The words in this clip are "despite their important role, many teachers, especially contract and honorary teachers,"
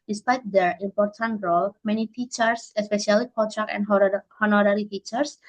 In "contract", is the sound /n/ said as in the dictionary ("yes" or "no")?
no